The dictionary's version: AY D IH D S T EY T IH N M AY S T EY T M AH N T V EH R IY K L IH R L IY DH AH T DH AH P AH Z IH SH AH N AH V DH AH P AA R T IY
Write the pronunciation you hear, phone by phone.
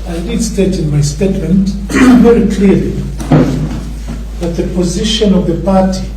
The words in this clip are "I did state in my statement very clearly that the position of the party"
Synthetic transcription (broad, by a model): AY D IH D S T EY T IH N M AY S T EY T M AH N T V EH R IY K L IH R L IY DH AH T DH AH P AH Z IH SH AH N AH V DH AH P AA R T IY